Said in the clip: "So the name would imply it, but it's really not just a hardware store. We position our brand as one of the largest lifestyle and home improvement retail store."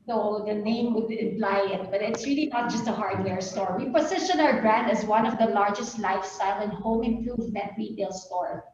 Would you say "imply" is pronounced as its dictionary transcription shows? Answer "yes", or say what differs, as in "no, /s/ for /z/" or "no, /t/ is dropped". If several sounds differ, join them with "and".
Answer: no, /m/ is dropped